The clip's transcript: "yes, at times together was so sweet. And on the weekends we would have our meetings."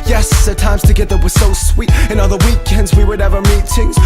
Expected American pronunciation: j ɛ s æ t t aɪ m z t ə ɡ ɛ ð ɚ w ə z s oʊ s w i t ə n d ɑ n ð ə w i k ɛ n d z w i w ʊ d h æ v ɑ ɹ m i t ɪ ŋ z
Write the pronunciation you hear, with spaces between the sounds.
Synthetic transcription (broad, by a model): j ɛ s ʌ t t aɪ m z t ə ɡ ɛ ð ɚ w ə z s oʊ s w i t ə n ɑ l ð ə w i k ɛ n d z w i w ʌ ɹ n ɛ v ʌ ɹ m i t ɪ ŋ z